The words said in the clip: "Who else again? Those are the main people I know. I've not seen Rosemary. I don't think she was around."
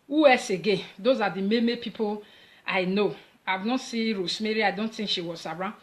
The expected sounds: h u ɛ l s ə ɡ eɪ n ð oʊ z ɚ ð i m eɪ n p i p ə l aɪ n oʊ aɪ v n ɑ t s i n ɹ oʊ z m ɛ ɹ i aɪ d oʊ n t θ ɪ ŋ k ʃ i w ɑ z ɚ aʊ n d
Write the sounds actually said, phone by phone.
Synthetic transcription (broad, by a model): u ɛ s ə ɡ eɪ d oʊ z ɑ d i m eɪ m p i p ə l aɪ n oʊ aɪ v n ɑ t s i ɹ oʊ s m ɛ ɹ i aɪ d oʊ n t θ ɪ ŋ k ʃ i w ɑ z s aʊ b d